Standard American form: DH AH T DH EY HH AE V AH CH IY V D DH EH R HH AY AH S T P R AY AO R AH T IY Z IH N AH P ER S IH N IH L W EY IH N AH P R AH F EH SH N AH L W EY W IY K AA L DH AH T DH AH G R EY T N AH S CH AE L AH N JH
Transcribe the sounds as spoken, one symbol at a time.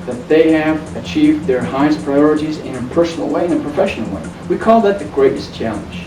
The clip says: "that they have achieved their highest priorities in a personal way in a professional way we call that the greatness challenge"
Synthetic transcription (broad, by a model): DH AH T DH EY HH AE V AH CH IY V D DH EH R HH AY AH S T P R AY AO R AH T IY Z IH N AH P ER S N L W EY IH N AH P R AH F EH SH N L W EY W IY K AA L DH AH T DH AH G R EY T AH S CH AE L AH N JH